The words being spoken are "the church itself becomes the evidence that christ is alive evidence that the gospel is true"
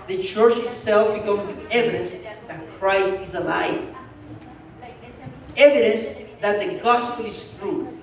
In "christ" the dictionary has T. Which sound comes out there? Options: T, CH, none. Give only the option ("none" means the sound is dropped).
T